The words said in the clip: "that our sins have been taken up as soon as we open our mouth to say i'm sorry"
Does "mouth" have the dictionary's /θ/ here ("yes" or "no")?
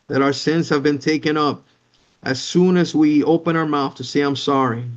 yes